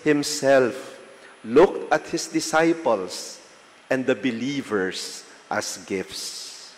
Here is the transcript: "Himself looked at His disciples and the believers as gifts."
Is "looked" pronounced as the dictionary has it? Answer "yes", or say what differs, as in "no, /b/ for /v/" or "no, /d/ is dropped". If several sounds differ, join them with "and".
yes